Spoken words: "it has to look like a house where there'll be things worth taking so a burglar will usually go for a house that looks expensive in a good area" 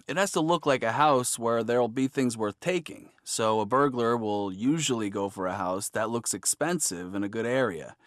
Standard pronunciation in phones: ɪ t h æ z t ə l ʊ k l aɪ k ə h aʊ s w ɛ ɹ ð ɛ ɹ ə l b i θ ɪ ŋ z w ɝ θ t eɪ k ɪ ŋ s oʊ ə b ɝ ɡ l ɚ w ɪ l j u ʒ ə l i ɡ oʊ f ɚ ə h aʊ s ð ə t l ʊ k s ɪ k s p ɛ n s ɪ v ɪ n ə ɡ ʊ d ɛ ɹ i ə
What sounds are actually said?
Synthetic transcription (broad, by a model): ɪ t h æ z t ə l ʊ k l aɪ k ə h aʊ s w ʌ ɹ ð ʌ ɹ l b i θ ɪ ŋ z w ɝ θ t eɪ k ɪ ŋ s oʊ ə b ɝ ɡ l ɚ w ɪ l j u ʒ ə l i ɡ oʊ f ɚ ə h aʊ s ð ə t l ʊ k s ɪ k s p ɛ n s ɪ v ɪ n ə ɡ ʊ d ɛ ɹ i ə